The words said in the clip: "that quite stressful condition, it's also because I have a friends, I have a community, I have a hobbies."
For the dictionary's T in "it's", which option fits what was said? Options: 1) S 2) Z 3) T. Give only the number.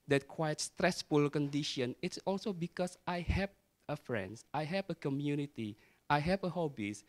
3